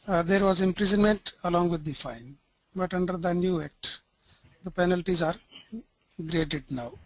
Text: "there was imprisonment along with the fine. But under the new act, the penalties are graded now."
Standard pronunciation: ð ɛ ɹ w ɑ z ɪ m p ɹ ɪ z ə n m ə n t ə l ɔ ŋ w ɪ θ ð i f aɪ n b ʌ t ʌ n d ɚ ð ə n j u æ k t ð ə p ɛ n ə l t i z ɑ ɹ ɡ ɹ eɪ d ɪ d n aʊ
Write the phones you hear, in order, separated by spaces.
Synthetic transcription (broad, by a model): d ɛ ɹ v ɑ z ɪ m p ɹ ɪ z ə n m ə n t ə l ɔ ŋ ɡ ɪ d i f aɪ n b ʌ t ʌ n d ɚ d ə n j u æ k t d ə p ɛ n ə l t i z ɑ ɹ ɡ ɹ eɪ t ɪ d n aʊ